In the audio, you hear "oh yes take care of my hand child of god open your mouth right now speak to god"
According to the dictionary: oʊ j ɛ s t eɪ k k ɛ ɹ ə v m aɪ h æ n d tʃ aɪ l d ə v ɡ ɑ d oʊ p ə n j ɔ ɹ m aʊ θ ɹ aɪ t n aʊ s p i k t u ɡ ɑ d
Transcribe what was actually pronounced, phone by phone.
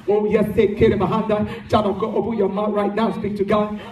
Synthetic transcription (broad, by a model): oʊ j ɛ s s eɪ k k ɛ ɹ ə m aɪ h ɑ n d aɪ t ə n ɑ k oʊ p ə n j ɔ m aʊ t ɹ aɪ t n aʊ s p i k t u ɡ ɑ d